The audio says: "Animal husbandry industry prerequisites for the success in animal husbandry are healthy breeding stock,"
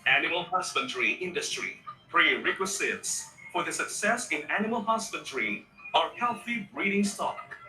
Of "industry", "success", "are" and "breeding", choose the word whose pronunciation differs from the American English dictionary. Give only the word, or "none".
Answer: none